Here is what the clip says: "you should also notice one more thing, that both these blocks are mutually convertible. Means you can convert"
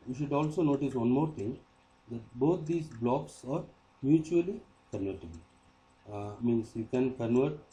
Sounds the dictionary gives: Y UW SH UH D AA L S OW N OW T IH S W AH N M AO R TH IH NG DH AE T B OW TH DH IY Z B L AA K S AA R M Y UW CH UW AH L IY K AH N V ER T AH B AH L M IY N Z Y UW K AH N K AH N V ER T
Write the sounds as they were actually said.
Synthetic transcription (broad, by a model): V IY SH UH D AA L S OW N OW T IH S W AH N M AO R T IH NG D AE T B OW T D IY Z B L AA K S AA R M Y UW CH UW AH L IY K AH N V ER T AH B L M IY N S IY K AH N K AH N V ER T